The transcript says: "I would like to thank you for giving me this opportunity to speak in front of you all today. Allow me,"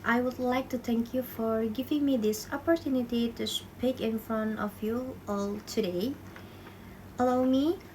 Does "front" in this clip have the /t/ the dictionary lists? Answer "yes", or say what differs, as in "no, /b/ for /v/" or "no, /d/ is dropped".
no, /t/ is dropped